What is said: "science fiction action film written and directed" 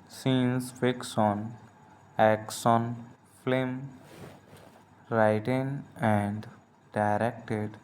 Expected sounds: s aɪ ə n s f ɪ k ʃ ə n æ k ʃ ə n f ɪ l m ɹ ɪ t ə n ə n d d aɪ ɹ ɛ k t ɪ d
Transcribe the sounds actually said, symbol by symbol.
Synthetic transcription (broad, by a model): s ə n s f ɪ k s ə n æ k s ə n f l m ɹ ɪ t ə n ə n d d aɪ ɹ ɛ k t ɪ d